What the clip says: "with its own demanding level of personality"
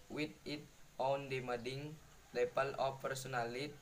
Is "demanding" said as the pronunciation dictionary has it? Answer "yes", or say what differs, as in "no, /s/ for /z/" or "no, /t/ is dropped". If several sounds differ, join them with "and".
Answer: no, /n/ is dropped